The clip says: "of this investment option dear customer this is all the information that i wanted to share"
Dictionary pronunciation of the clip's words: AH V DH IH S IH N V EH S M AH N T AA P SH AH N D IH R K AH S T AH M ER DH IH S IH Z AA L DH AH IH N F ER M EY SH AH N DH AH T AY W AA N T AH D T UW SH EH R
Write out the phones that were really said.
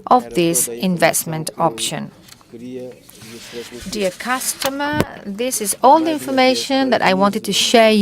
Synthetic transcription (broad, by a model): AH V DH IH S IH N V EH S M AH N T AA P SH AH N D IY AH K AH S T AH M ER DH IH S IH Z AA L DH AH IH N F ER M EY SH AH N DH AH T AY W AA N T AH D T UW SH EH